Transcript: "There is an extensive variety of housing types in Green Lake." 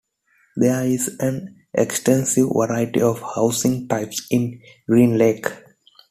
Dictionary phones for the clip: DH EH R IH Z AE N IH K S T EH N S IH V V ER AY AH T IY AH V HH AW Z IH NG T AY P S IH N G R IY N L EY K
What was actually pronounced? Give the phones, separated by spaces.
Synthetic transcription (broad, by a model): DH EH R IH Z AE N IH K S T EH N S IH V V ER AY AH T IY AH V HH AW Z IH NG T AY P S IH N G R IY N L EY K